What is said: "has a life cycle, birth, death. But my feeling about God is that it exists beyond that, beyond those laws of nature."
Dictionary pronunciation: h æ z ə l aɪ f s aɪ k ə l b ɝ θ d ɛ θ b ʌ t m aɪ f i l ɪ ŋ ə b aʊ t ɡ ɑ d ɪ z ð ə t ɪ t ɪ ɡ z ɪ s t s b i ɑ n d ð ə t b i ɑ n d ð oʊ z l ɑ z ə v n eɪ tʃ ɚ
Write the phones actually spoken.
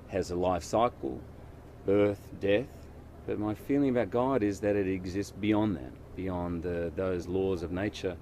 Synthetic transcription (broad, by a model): h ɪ z ə l aɪ f s aɪ k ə l b ɝ θ d ɛ θ b ʌ t m aɪ f i l ɪ ŋ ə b aʊ t ɡ ɑ d ɪ z ð ə t ɪ t ɪ ɡ z ɪ s t s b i ɑ n ð ə t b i ɑ n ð ð oʊ z l ɑ z ə v n eɪ tʃ ɚ